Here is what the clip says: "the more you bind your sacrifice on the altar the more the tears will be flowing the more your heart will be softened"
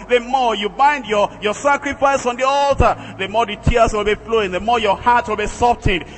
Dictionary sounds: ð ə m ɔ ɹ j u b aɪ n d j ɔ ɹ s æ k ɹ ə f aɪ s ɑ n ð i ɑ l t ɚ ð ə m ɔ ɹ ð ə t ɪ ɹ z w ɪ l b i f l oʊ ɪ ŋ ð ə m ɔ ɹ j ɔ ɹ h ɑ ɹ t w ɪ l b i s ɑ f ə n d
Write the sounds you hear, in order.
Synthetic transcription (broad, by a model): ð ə m ɔ ɹ j u b aɪ n d j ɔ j s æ k ɹ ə f aɪ s ɑ n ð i ɑ l t ɚ ð ə m ɔ ɹ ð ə t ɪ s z w ɪ l b i f l oʊ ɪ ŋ ð ə m ɔ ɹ j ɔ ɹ h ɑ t w ɪ l b i s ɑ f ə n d